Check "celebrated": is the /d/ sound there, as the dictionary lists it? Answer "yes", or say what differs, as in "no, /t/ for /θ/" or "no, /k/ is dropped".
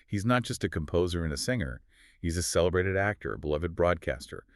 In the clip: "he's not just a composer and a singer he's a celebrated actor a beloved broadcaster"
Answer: yes